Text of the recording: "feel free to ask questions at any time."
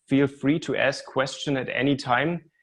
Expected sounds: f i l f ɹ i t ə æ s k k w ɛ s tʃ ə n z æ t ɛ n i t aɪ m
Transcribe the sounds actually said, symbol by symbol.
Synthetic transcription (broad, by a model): f i l f ɹ i t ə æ s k k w ɛ s tʃ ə n æ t ɛ n i t aɪ m